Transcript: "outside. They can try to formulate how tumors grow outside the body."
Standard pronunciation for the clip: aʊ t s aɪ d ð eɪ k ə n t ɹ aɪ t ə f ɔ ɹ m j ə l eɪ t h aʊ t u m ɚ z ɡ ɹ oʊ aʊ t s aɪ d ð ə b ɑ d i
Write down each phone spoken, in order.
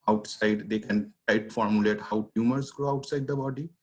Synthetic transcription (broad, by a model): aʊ t s aɪ d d eɪ k ə n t aɪ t f ɔ ɹ m j ə l eɪ t h aʊ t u m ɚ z ɡ ɹ oʊ aʊ t s aɪ d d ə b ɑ d i